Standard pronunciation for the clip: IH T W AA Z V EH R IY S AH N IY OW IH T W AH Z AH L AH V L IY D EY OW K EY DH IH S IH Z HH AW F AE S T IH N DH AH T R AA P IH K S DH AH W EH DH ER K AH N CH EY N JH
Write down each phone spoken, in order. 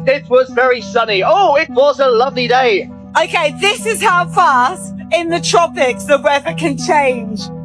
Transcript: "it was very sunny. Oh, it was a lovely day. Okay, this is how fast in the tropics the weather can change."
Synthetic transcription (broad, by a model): IH T W AA Z V EH R IY S AH N IY OW IH T W AH Z AH L AH V L IY D EY OW K EY DH IH S IH Z HH AW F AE S T IH N DH AH T R AA P IH K S DH AH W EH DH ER K AH N CH EY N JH